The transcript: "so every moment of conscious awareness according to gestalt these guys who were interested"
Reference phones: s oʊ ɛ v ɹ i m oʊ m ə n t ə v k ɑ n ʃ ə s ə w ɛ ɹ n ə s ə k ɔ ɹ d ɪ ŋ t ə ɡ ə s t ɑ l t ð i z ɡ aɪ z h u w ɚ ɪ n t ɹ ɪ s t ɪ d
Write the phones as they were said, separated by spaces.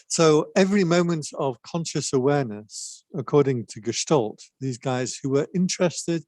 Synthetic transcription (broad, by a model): s oʊ ɛ v ɹ i m oʊ m ə n t ə v k ɑ n ʃ ə s ə w ɛ n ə s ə k ɔ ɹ d ɪ ŋ t ə ɡ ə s t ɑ l t ð i z ɡ aɪ z h u w ɚ ɪ n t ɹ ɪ s t ɪ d